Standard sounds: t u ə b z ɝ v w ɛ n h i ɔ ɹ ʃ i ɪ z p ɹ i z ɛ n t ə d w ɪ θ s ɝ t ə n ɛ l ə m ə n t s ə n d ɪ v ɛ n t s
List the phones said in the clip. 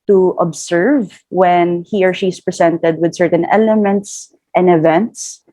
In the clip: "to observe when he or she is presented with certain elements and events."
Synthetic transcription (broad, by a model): t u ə b s ɝ v w ɛ n h i ɔ ɹ ʃ i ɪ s p ɹ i s ɛ n t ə d w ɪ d s ɝ t ə n ɛ l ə m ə n t s ə n d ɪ v ɛ n t s